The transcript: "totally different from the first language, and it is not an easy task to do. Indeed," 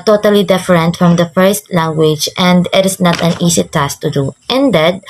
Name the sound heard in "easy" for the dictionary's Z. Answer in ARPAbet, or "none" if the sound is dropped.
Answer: S